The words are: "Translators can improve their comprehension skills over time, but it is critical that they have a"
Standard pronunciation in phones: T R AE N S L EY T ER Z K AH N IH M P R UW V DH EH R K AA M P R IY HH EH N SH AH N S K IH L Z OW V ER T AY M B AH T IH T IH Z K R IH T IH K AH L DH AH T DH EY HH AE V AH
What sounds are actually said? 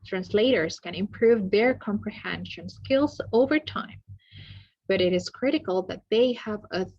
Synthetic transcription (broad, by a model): T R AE N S L EY T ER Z K AH N IH M P R UW V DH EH R K AA M P R IY HH EH N SH AH N S K IH L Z OW V ER T AY M B AH T IH T IH Z K R IH T IH K AH L DH AH T DH EY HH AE V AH